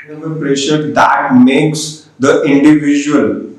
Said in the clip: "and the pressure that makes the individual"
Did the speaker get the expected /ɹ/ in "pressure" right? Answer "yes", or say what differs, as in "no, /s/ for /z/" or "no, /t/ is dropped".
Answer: yes